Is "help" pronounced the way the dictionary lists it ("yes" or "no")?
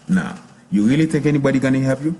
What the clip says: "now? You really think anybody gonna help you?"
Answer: no